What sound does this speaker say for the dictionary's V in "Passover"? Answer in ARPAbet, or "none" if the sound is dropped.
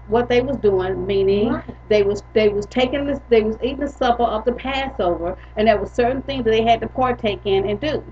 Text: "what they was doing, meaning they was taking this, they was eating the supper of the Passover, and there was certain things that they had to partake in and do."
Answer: V